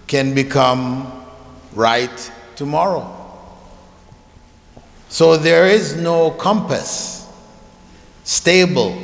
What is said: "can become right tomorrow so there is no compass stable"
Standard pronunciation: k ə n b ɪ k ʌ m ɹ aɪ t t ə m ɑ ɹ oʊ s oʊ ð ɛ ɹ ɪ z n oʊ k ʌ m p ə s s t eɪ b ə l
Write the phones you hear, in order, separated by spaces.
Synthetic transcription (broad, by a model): k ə n b ɪ k ʌ m ɹ aɪ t t ə m ɑ ɹ oʊ s oʊ ð ɛ ɹ ɪ z n oʊ k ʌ m p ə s s t eɪ b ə l